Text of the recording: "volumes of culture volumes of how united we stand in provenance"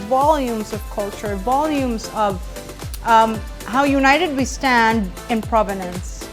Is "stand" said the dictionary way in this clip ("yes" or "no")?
yes